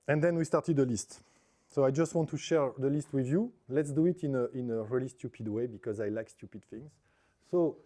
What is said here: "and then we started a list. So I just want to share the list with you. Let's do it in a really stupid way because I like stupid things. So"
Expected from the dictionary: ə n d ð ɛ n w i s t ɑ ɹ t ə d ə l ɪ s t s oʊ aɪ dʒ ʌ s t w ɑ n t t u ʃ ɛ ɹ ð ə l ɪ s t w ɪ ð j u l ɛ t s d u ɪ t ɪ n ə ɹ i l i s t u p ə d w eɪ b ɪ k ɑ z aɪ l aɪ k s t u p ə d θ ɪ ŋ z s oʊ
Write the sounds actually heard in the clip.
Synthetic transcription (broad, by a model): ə n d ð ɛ n w i s t ɑ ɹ t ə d ə l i s t s oʊ aɪ dʒ ʌ s t w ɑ n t t u ʃ ɛ ɹ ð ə l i s t w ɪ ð j u l ɛ t s d u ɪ t ɪ n ə ɹ i l i s t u p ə d w eɪ b ɪ k ɑ z aɪ l aɪ k s t u p ə d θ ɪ ŋ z s oʊ